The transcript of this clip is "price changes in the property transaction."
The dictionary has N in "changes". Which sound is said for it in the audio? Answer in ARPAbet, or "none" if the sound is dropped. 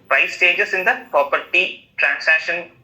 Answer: none